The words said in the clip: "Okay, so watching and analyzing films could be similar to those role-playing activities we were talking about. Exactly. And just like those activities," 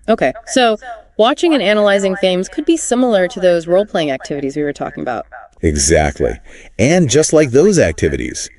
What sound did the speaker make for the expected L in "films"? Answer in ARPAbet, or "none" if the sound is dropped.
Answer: none